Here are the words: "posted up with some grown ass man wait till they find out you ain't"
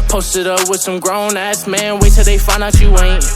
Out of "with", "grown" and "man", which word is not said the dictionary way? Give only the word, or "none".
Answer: none